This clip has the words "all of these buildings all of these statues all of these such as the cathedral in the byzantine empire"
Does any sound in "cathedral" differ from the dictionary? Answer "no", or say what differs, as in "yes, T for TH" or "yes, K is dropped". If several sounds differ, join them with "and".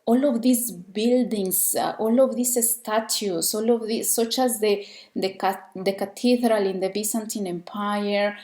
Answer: yes, T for TH